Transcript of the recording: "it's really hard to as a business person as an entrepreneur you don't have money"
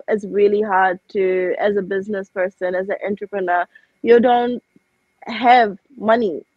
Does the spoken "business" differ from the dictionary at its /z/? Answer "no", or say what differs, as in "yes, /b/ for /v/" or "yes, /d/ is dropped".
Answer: no